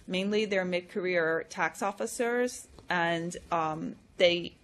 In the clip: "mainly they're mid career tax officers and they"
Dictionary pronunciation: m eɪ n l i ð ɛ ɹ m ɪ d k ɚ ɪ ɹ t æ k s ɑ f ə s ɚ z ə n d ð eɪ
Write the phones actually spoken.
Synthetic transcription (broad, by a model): m eɪ n l i ð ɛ ɹ m ɪ d k ɚ ɪ ɹ t æ k s ɑ f ə s ɚ z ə n ð eɪ